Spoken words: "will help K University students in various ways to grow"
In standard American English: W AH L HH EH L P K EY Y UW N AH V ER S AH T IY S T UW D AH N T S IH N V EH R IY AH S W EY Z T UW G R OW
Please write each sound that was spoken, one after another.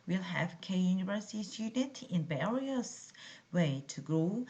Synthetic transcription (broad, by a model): W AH L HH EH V K EY Y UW N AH V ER S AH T IY S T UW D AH N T IH N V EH R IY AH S W EY T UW G R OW